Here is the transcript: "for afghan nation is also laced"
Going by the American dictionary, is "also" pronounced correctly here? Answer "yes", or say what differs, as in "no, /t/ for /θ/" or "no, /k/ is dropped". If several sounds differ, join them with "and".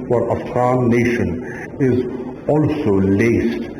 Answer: yes